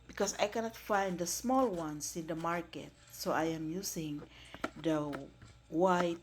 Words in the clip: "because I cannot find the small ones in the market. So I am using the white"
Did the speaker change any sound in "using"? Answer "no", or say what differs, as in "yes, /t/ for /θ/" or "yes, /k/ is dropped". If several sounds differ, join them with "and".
yes, /s/ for /z/